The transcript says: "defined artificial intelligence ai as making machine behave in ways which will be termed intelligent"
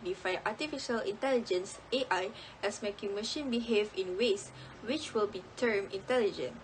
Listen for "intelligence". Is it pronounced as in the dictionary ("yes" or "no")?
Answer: yes